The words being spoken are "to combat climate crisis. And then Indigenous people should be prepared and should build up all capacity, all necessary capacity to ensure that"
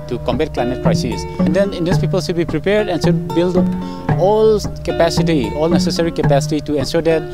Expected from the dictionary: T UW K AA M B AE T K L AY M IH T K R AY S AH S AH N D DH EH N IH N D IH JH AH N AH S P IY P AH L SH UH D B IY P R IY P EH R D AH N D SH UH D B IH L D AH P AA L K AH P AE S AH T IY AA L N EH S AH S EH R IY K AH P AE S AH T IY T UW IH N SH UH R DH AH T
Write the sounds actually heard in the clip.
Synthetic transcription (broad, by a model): T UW K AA M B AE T K L AY M IH T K R AY S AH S AH N D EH N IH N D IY AH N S P IY P AH L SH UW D B IY P R IY P EH R D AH N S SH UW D B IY L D AA L K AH P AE S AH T IY AA L N EH S AH S EH R IY K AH P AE S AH T IY T UW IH N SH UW R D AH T